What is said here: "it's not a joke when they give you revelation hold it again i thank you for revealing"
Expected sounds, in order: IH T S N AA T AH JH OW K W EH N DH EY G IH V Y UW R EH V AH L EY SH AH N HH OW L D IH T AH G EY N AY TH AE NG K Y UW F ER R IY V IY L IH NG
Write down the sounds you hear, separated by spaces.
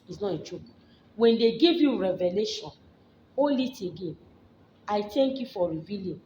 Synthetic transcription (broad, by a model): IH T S N AA T AH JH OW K W EH N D EY G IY V Y UW R EH V AH L EY SH AH N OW L IH T AH G EY N AY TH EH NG K Y UW F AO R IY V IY L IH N